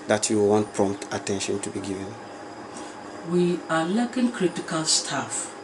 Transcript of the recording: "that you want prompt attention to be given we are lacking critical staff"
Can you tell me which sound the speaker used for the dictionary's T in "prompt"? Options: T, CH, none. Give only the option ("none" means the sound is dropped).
T